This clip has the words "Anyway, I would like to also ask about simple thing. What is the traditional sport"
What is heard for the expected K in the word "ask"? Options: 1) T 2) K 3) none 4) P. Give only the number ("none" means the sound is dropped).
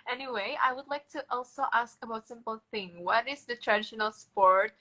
2